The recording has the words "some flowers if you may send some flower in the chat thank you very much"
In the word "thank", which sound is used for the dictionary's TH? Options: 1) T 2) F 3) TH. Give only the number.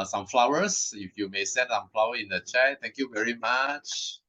1